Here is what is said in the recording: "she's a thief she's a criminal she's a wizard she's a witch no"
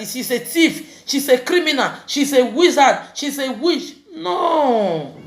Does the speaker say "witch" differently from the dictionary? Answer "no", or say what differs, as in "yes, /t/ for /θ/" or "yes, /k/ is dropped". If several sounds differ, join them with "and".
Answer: yes, /ʃ/ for /tʃ/